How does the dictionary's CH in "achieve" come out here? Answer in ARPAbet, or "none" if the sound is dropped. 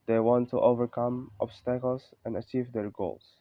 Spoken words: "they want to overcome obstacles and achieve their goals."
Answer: CH